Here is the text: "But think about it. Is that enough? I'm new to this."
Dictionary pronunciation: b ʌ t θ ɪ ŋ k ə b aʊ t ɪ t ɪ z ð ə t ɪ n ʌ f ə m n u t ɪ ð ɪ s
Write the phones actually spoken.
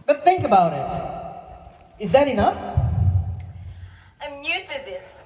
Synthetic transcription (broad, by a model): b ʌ t θ ɪ ŋ k ə b aʊ t ɪ t ɪ z ð ə t ɪ n ʌ f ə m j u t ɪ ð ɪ s